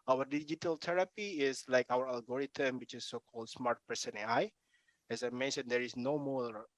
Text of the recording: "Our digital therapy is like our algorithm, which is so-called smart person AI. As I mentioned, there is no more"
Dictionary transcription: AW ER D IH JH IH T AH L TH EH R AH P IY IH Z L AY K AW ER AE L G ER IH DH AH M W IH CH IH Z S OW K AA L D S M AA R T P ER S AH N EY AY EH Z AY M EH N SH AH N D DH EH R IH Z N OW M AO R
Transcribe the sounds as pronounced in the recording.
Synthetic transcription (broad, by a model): AW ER D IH JH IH T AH L T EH R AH P IY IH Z L AY K AW ER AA L G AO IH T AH M W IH CH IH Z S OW K AA L D S M AA R T P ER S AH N EY AY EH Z AY M EH N SH AH N D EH R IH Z N OW M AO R